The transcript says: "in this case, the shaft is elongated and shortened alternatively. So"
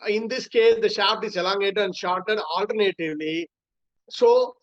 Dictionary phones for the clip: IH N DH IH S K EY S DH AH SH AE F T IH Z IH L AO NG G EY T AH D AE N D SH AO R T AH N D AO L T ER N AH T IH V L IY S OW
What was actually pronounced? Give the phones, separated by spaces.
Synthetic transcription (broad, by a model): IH N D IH S K EY S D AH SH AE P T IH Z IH L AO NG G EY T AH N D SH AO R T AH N AO L T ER N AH T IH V L IY S OW